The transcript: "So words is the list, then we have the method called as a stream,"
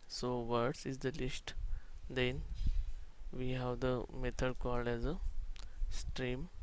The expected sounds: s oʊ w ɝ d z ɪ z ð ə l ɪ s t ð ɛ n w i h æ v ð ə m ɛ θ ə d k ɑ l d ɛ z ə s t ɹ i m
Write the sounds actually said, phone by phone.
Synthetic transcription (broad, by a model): s oʊ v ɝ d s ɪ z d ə l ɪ s t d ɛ n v i h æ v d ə m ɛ t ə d k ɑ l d ɛ z ə s t ɹ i m